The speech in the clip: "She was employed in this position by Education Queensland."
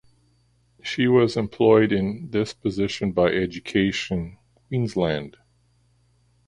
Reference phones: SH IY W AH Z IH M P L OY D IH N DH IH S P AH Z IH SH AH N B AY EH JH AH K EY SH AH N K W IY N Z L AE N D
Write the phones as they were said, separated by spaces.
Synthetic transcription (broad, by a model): SH IY W AH Z IH M P L OY D IH N DH IH S P AH Z IH SH AH N B AY EH JH AH K EY SH AH N K W IY N Z L AE N D